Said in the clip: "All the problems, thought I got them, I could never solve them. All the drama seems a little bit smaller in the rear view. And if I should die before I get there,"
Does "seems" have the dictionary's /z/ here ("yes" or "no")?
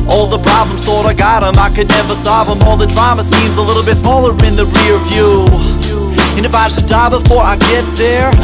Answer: yes